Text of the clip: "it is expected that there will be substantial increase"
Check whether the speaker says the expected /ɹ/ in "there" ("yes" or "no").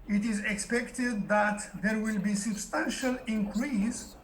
yes